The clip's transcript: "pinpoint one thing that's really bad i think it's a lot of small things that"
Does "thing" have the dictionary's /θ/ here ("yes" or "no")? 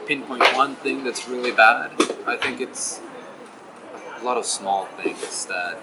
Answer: yes